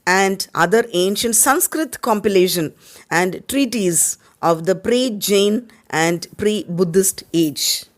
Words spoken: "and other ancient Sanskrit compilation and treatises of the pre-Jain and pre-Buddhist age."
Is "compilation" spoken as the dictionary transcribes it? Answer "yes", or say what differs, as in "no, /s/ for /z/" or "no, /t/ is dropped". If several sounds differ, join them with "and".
yes